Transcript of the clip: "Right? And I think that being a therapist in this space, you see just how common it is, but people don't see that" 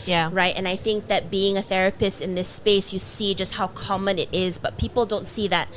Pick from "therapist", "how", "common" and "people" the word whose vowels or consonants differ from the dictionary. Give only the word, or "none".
none